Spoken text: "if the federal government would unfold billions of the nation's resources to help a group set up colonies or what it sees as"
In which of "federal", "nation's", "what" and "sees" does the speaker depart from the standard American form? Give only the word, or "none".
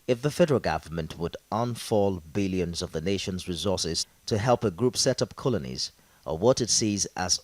none